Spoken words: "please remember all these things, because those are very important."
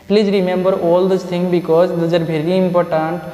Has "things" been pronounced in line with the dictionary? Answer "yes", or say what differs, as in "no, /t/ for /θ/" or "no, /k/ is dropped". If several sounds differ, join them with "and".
no, /z/ is dropped